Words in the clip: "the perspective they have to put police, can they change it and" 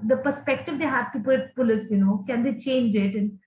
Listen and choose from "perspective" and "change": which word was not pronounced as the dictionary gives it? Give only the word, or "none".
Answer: none